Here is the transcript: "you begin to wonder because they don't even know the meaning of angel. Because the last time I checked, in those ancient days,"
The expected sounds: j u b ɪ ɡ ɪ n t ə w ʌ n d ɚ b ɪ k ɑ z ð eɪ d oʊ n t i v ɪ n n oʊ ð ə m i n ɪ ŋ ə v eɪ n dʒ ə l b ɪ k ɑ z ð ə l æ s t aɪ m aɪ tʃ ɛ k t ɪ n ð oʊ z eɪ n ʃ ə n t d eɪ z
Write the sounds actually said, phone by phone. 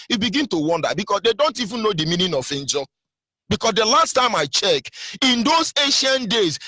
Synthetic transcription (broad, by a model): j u b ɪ ɡ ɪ n t ə w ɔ n d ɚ b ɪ k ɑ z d eɪ d oʊ n t i v ɪ n n oʊ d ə m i n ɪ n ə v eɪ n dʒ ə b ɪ k ɑ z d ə l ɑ s t aɪ m aɪ tʃ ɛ k ɪ n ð oʊ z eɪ ʃ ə n d eɪ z